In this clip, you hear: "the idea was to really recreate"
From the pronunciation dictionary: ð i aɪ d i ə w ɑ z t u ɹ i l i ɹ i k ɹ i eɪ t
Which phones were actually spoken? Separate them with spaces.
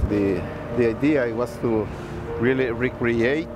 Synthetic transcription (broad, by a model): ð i aɪ d i ə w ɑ s t u ɹ i l i ɹ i k ɹ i eɪ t